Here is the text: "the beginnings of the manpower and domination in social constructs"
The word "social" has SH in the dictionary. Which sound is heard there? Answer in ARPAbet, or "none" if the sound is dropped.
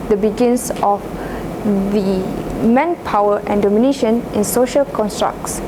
SH